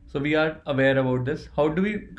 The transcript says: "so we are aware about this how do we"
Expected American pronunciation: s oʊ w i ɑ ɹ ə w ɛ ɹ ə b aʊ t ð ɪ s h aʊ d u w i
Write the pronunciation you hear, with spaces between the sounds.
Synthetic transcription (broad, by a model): s oʊ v i ɑ ɹ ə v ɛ ɹ ə b aʊ t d ɪ s h aʊ d u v i